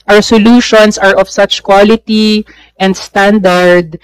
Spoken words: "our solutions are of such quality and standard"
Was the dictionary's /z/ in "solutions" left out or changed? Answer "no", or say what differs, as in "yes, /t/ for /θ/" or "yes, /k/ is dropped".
yes, /s/ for /z/